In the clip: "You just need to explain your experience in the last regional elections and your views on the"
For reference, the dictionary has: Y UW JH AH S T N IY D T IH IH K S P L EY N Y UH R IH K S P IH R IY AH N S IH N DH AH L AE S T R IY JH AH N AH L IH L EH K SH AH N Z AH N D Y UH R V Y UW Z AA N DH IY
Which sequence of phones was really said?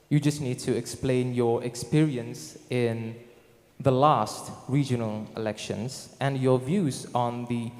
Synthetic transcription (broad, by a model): Y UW JH AH S T N IY D T IH IH K S P L EY N Y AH R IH K S P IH R IY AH N S IH N DH AH L AE S T R IY JH AH N AH L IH L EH K SH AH N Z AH N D Y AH R V Y UW Z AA N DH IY